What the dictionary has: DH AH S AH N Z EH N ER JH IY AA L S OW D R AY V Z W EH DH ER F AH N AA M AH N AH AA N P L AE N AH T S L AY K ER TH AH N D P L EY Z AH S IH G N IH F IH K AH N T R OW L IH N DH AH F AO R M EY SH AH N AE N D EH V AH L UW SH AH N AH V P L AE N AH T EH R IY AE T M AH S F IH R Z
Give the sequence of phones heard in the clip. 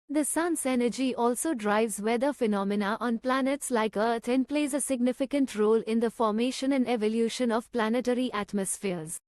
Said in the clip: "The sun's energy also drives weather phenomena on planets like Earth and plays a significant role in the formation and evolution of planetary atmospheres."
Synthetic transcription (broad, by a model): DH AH S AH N S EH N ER JH IY AA L S OW D R AY V Z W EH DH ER F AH N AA M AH N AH AA N P L AE N AH T S L AY K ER T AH N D P L EY Z AH S IH G N IH F IH K AH N T R OW L IH N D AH F AO R M EY SH AH N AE N D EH V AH L UW SH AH N AH V P L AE N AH T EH R IY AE T M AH S F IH R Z